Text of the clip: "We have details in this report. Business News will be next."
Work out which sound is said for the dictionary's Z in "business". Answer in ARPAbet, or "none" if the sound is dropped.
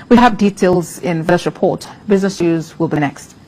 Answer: Z